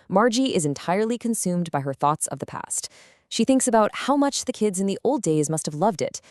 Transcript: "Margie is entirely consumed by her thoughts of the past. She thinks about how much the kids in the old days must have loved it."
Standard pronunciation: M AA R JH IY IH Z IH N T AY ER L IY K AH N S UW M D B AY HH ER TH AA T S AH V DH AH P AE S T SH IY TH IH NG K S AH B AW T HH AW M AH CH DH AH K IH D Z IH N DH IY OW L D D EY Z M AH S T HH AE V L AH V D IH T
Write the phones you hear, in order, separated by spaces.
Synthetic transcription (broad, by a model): M AA R JH IY IH Z IH N T AY ER L IY K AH N S UW M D B AY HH ER TH AA T S AH V DH AH P AE S T SH IY TH IH NG K S AH B AW T HH AW M AH CH DH AH K IH D Z IH N DH IY OW L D D EY Z M AH S T HH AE V L AH V D IH T